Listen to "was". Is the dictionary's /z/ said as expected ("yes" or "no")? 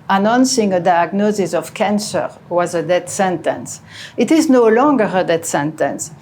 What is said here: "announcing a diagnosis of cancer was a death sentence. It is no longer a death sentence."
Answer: yes